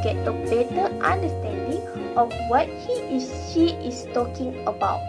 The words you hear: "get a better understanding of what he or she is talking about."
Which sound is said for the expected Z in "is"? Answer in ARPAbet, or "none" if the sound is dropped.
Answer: S